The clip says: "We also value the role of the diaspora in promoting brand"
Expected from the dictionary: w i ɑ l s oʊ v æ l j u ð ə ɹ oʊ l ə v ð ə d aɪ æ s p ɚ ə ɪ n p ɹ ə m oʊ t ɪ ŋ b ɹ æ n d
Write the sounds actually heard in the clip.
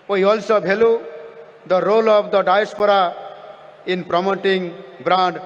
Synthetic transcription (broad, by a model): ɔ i ɑ l s oʊ b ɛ l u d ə ɹ oʊ l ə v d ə d aɪ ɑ s p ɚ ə ɪ n p ɹ ə m oʊ t ɪ ŋ b ɹ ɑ n d